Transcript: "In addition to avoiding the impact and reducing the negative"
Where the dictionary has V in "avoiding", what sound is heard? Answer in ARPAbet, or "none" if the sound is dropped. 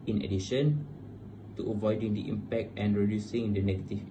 V